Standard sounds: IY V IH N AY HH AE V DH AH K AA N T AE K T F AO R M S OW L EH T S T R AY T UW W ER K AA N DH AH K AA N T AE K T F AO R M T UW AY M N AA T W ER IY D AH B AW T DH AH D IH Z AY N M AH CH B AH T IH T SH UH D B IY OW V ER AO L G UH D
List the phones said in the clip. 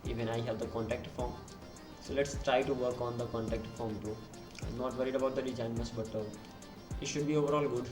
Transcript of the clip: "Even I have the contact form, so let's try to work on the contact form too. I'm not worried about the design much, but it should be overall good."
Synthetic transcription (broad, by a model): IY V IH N AY HH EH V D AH K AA N T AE K T F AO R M S OW L EH T S T R AY T UW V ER K AA N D AH K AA N T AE K T F AO R M T UW AY M N AA T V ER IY D AH B AW T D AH D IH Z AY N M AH S B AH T IH T SH UH D B IY OW V ER AO L G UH D